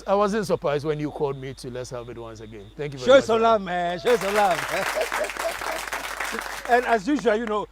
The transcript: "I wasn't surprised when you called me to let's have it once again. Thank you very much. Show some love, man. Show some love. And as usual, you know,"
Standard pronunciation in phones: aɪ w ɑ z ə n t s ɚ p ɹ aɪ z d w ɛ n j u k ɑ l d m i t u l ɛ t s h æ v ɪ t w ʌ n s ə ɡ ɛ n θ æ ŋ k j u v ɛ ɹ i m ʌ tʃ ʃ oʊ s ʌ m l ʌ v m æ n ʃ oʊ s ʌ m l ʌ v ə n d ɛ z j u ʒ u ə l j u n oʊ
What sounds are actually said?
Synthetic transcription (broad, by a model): aɪ w ɑ z ə n t s ɚ p ɹ aɪ z d w ɛ n j u k ɑ l d m i t u l ɛ t s h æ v ɪ t w ʌ n s ə ɡ ɛ n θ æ ŋ k j u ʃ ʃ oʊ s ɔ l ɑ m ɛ ʃ oʊ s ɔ l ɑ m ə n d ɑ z j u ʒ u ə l j u n oʊ